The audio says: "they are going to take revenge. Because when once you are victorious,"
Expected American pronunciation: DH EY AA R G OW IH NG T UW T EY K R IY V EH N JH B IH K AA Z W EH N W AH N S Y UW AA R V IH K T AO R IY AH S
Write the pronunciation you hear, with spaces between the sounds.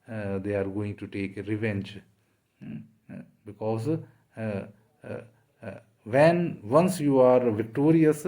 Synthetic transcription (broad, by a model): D EY AA R G OW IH NG T UW T EY K R IY V EH N JH B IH K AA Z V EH N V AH N S Y UW AA R V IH K T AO R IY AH S